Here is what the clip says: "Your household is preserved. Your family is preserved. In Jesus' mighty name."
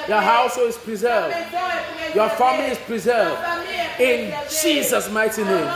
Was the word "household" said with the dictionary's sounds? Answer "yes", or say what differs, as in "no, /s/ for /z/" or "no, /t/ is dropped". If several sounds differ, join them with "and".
no, /d/ is dropped